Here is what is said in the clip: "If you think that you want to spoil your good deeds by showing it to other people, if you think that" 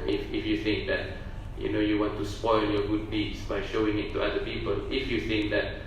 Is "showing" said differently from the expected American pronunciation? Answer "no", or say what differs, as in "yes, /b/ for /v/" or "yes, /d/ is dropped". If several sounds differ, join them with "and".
no